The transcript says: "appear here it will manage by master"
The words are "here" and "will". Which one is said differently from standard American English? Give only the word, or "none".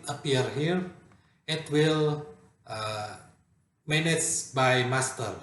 none